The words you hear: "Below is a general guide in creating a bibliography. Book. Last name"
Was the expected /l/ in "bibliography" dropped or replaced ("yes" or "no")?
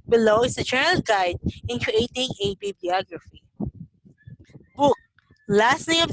yes